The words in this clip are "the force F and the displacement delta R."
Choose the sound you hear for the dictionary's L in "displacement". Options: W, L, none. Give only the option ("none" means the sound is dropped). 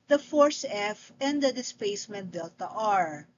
none